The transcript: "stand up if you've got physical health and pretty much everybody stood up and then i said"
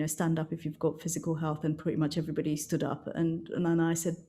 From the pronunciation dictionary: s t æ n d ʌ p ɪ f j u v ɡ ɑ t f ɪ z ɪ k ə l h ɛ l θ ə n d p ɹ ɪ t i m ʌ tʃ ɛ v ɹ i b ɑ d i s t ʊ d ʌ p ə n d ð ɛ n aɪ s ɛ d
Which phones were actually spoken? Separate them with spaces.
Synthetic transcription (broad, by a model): s t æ n d ʌ p ɪ f j u v ɡ ɑ t f ɪ z ɪ k ə l h ɛ l θ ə n p ɹ ɪ t i m ʌ tʃ ɛ v ɹ i b ɑ d i s t ʊ d ʌ p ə n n ð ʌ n aɪ s ɛ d